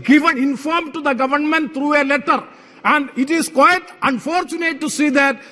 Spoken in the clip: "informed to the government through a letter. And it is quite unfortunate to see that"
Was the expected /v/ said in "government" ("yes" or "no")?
yes